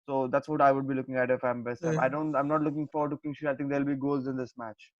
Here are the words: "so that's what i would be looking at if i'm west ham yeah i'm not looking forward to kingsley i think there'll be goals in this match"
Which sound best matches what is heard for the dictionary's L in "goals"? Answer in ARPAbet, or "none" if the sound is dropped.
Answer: none